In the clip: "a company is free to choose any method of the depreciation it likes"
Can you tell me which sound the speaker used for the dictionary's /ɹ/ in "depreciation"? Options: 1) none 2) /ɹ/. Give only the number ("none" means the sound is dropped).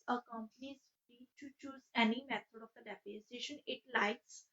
1